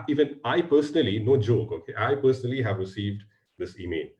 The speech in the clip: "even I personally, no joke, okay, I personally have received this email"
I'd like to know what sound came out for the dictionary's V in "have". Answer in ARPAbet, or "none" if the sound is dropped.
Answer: V